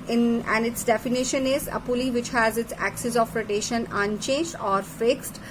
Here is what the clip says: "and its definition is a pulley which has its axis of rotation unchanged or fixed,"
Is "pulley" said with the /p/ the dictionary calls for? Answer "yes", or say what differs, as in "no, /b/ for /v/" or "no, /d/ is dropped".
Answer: yes